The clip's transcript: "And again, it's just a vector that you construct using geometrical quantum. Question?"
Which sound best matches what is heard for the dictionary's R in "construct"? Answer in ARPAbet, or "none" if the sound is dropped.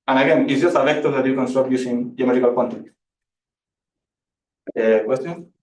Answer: none